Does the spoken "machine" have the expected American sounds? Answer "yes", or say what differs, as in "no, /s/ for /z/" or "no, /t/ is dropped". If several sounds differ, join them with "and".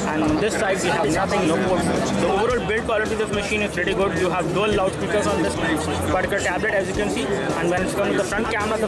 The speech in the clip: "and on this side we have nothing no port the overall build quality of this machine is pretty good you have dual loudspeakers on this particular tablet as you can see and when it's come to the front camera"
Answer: yes